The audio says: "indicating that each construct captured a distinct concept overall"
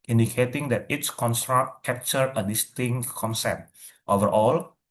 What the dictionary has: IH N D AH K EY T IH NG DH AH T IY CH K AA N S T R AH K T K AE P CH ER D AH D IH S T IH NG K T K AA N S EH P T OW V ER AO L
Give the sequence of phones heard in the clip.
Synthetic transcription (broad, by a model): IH N D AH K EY T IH NG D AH T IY S K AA N S T R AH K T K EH P CH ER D AH D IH S T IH NG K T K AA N S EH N T OW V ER AO L